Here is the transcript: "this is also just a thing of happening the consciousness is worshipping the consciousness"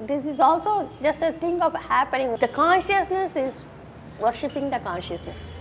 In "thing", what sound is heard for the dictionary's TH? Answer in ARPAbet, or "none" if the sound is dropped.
T